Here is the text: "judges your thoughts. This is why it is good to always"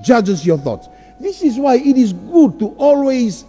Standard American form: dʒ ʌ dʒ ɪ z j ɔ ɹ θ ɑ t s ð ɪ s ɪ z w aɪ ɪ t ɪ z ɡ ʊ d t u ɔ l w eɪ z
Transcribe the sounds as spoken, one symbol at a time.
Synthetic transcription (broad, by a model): dʒ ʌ dʒ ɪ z j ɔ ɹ θ ɑ t s ð ɪ s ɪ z w aɪ ɪ t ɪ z ɡ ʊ d t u ɔ l w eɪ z